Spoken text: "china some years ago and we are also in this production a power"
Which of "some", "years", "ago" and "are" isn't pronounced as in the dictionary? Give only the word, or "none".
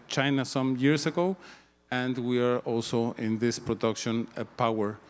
years